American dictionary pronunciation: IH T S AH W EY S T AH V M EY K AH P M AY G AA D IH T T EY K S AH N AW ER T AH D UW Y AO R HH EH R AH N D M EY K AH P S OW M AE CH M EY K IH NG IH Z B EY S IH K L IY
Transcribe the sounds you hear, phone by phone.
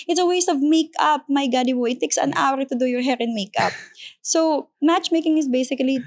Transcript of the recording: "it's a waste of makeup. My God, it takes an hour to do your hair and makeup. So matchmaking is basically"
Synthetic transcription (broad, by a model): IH T S AH W EY S T AH V M EY K AH P M AY G AA D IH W T EY K S AH N AW ER T AH D UW Y AO R HH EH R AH N M EY K AH P S OW M AE CH M EY K IH NG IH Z B EY S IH K L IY